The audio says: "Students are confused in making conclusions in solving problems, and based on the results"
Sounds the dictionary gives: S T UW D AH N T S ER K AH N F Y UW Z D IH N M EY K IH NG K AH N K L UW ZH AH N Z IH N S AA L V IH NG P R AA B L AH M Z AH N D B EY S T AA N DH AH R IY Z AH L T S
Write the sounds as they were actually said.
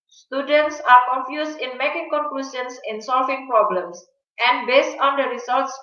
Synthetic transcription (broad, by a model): S T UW D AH N T S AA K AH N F Y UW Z IH N M EY K IH NG K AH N K L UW S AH N S IH N S AA L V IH NG P R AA B L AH M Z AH N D B EY S T AA N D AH R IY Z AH L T S